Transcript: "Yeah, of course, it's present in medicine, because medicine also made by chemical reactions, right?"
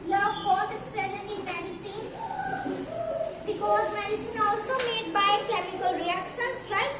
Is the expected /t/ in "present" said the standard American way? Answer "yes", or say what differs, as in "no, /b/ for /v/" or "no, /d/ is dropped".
no, /t/ is dropped